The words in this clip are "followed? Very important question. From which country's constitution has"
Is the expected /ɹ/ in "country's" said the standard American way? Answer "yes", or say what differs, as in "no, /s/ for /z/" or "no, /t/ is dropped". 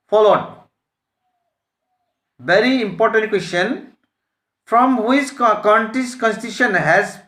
no, /ɹ/ is dropped